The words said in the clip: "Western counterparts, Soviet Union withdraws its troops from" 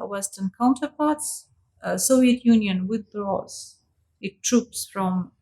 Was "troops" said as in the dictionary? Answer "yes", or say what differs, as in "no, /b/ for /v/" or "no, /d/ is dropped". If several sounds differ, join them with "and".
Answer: yes